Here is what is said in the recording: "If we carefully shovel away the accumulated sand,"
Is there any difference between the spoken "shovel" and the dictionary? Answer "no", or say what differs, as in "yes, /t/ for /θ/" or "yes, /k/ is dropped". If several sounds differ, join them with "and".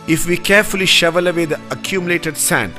no